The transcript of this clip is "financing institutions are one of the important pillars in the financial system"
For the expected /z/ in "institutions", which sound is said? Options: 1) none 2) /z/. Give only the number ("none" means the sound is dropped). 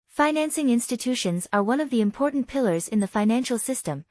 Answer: 2